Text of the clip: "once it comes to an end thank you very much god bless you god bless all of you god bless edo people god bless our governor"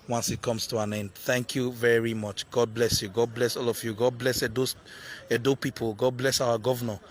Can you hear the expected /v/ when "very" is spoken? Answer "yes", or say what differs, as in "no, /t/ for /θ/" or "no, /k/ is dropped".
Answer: yes